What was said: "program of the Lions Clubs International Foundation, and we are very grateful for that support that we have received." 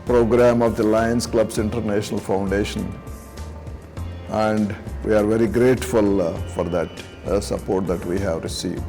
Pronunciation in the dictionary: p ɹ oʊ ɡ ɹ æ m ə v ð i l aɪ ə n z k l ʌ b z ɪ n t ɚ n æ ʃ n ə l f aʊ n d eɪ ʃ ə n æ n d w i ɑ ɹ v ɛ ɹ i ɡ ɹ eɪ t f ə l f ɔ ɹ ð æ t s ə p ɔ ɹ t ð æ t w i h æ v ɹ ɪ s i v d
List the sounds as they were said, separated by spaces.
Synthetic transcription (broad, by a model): p ɹ oʊ ɡ ɹ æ m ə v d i l aɪ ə n s k l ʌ b s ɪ n t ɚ n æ ʃ n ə l f aʊ n d eɪ ʃ ə n æ n d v i ɑ ɹ v ɛ ɹ i ɡ ɹ eɪ t f ə l f ɔ ɹ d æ t s ə p ɔ ɹ t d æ t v i h æ v ɹ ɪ s i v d